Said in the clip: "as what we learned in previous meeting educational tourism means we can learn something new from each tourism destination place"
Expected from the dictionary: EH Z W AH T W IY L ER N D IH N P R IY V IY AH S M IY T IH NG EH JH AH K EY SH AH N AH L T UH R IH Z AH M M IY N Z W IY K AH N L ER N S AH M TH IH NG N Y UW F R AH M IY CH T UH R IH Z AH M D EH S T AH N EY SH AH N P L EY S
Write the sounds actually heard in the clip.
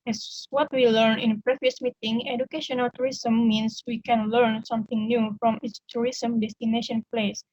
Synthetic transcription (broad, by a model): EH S W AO T W IY L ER N IH N P R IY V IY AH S M IY T IH NG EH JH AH K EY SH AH N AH L T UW R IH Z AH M M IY N S W IY K AH N L ER N S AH M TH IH NG N Y UW F R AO M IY S T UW R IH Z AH M D EH S T AH N EY SH AH N P L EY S